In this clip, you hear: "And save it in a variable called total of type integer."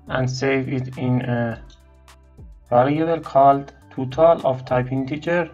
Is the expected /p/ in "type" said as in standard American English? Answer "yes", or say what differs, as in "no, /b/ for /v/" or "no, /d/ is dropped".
yes